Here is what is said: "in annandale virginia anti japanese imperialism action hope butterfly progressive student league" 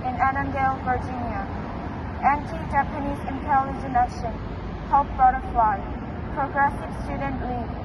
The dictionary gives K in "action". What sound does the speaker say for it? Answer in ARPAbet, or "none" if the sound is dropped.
none